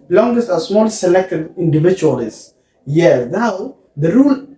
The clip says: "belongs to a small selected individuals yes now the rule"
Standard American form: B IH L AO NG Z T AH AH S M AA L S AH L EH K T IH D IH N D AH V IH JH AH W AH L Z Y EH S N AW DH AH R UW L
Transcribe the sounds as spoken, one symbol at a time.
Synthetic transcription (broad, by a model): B L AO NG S T AH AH S M AA L S AH L EH K T IH D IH N D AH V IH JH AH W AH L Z Y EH N AW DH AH R UW L